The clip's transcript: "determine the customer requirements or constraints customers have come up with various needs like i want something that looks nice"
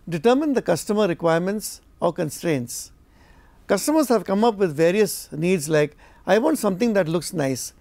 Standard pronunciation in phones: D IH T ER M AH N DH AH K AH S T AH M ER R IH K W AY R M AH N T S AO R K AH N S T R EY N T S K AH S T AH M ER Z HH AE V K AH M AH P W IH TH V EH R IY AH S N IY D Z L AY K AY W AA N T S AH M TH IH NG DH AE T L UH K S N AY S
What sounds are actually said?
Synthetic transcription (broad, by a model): D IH T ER M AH N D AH K AH S T AH M ER R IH K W AY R M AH N T S AO R K AH N S T R EY N T S K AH S T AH M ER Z HH AE V K AH M AH P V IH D V EH R IY AH S N IY D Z L AY K AY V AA N T S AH M T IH NG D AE T L UH K S N AY S